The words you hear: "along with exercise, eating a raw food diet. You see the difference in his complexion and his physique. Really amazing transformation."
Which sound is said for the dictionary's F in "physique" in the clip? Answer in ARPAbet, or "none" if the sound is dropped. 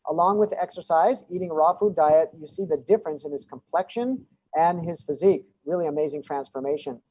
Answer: F